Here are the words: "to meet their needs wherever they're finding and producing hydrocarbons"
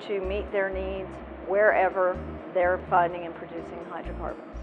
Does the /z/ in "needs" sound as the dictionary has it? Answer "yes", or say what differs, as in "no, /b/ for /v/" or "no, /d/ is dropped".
yes